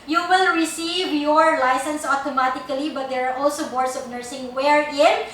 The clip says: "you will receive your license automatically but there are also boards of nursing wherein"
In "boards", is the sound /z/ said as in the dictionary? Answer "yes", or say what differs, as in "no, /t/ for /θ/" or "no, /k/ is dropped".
no, /s/ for /z/